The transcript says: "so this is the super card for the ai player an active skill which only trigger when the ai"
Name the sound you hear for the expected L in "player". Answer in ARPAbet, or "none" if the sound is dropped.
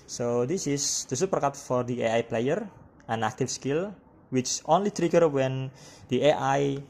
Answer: L